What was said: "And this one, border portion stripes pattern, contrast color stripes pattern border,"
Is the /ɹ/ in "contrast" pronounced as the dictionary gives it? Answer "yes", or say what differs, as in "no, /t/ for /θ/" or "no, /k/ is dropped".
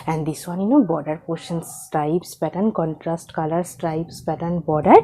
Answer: yes